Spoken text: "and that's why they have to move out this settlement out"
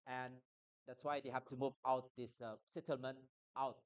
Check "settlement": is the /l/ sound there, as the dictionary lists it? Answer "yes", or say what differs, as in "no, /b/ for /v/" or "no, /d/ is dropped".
yes